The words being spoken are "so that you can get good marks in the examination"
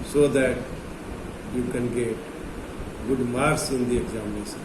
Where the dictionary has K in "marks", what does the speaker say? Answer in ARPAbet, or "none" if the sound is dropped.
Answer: none